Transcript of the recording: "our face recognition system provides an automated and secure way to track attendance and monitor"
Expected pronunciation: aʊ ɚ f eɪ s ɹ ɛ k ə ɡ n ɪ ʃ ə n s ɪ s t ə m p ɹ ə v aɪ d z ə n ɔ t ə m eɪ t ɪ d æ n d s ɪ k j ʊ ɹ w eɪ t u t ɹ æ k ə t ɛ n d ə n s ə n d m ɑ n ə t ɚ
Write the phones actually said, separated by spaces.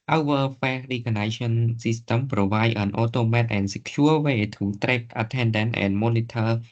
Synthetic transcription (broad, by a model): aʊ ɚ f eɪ ɹ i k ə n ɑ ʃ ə n s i s t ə m p ɹ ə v aɪ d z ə n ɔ t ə m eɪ t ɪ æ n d s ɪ k j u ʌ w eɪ t u t ɹ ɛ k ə t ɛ n d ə n ə n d m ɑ n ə t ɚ